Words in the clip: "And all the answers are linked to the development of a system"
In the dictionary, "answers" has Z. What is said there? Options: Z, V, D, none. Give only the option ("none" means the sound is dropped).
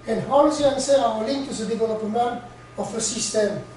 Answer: none